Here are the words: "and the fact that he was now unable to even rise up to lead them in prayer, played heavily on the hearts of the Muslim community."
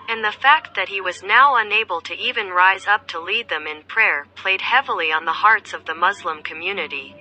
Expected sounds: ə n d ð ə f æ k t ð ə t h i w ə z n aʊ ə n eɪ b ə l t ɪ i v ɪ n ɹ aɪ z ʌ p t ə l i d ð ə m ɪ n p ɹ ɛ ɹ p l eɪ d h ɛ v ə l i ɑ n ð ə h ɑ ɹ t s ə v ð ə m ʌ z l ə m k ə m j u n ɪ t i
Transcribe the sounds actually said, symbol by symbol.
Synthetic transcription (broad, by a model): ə n ð ə f æ k t ð ə t h i w ə z n aʊ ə n eɪ b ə l t ɪ i v ɪ n ɹ aɪ z ʌ p t ə l i d ð ə m ɪ n p ɹ ɛ ɹ p l eɪ d h ɛ v l i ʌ n ð ə h ɑ ɹ t s ə v ð ə m ʌ z l ə m k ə m j u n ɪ t i